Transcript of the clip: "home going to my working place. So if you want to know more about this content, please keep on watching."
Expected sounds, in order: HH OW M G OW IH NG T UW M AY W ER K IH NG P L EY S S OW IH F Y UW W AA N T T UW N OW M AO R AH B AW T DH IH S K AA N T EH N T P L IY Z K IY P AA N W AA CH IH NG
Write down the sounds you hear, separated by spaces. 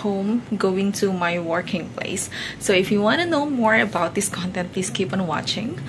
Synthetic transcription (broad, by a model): HH OW M G OW IH NG T UW M AY W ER K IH NG P L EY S S OW IH F Y UW W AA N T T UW N OW M AO R AH B AW T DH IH S K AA N T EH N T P L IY S K IY P AA N W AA CH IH NG